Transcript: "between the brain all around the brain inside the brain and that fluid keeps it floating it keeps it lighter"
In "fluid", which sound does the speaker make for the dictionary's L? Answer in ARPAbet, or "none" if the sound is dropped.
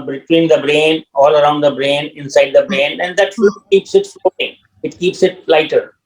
none